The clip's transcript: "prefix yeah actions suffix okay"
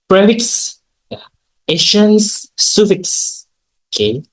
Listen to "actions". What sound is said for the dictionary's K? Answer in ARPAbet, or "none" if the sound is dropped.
none